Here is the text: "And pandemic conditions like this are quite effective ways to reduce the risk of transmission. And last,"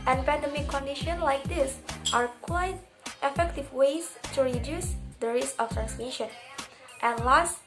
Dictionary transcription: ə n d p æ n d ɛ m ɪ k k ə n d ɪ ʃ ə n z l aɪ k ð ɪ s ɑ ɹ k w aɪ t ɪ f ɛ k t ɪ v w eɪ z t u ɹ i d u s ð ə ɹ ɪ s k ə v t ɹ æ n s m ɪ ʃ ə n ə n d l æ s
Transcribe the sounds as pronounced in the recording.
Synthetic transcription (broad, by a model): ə n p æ n d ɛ m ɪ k k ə n d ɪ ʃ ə n l aɪ k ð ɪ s ɑ ɹ k w aɪ t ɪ f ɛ k t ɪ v w eɪ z t u ɹ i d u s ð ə ɹ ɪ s ə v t ɹ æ n s m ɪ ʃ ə n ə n l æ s